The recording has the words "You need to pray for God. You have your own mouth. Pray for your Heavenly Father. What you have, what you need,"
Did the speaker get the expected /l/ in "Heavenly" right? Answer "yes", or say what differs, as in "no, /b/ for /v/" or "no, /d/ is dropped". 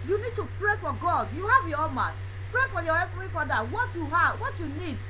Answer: no, /l/ is dropped